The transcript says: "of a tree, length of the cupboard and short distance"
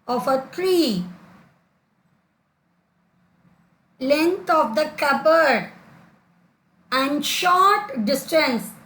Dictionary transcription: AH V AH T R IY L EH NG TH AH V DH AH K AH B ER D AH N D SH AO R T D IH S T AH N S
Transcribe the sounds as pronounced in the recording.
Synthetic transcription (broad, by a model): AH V AH T R IY L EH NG T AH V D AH K AH B ER D AH N D SH AO R T D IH S T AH N S